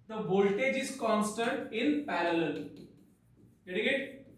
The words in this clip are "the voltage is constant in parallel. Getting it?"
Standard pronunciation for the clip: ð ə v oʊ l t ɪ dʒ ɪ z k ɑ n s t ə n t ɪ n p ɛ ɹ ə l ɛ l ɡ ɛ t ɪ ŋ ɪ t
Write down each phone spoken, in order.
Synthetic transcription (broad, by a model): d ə b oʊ l t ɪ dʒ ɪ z k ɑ n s t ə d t ɪ n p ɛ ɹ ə l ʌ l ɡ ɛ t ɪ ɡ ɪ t